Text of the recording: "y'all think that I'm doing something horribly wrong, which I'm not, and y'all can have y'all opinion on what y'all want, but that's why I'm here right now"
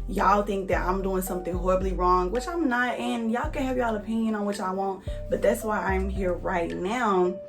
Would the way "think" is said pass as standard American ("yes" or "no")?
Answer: yes